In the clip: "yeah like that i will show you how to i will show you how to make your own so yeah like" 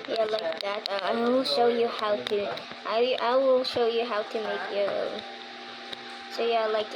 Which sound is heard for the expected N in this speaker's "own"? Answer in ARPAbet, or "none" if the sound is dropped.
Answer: L